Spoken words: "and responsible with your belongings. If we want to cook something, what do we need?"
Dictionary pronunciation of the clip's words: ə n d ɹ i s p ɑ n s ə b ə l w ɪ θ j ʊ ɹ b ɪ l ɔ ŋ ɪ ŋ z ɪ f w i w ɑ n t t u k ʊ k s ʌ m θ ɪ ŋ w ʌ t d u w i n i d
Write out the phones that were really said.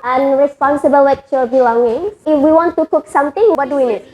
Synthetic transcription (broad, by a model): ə n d ɹ i s p ɑ n s ə b ə l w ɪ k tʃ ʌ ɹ b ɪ l ɔ ŋ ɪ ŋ ɪ f w i w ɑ n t t u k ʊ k s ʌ m t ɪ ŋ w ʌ d u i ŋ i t